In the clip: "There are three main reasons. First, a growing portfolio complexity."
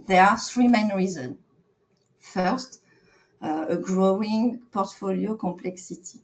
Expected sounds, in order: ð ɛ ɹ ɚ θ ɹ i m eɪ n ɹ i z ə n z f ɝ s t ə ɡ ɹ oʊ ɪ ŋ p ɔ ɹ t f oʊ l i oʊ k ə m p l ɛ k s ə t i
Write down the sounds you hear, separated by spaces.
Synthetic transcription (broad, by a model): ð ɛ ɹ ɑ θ ɹ i m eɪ n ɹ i z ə n f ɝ s t ə ɡ ɹ oʊ ɪ ŋ p ɔ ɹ t f oʊ l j oʊ k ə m p l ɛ k s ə t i